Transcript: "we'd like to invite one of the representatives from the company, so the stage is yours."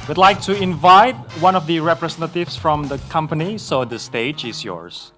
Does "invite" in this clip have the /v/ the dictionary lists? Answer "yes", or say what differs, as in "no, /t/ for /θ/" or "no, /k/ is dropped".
yes